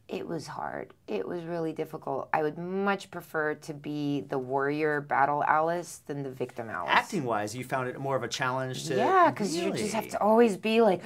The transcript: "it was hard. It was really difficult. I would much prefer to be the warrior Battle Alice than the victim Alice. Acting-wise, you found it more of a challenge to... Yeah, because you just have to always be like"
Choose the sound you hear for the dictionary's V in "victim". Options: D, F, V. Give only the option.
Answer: V